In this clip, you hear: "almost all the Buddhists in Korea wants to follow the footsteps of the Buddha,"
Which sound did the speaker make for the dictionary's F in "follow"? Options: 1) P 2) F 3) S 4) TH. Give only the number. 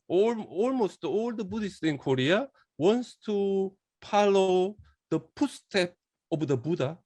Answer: 1